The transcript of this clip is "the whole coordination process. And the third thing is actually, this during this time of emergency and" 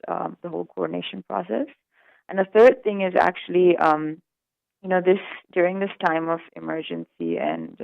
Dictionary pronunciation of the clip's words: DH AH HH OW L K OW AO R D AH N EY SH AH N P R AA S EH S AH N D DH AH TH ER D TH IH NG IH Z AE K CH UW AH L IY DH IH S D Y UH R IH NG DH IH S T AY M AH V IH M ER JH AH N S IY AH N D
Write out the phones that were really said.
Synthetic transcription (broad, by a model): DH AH HH OW L K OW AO R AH N EY SH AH N P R AA S EH S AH N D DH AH TH ER D TH IH NG IH Z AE K CH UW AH N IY DH IH S D Y UH R IH NG DH IH S T AY M AH V IH M ER JH AH N S IY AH N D